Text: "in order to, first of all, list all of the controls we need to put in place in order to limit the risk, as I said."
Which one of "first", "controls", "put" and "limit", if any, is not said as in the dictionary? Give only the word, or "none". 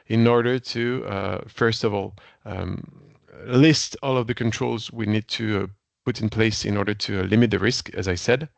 none